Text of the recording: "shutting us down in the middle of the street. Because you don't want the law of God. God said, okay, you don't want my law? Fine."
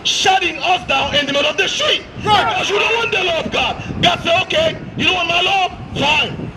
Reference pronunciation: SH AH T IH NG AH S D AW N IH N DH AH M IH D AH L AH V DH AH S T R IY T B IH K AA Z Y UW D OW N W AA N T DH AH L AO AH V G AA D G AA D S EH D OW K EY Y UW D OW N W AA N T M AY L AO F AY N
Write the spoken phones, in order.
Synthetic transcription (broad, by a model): SH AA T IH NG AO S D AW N IH N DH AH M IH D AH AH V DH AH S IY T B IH K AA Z Y UW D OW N W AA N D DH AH L AO AH V G AA D G AA D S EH OW K EY Y UW D OW N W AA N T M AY L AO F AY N